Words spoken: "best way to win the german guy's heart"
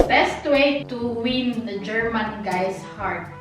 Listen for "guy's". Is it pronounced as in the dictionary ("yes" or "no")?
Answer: no